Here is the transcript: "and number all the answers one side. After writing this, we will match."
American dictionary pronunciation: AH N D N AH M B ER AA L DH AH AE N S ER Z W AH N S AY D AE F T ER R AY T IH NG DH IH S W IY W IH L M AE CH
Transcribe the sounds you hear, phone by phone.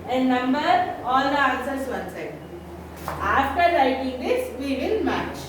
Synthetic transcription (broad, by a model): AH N N AH M B ER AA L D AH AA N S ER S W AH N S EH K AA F T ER L AY T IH NG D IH S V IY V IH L M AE CH